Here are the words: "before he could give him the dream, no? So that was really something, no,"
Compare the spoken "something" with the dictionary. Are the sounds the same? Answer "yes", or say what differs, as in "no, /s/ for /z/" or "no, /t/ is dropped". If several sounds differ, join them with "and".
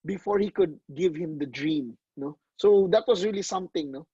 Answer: no, /t/ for /θ/